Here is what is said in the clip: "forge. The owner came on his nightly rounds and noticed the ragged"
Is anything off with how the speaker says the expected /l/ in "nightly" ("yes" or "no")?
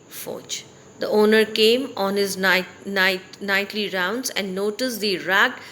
no